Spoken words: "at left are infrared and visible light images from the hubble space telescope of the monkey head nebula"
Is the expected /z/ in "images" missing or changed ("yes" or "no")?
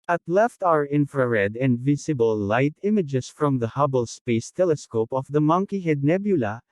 yes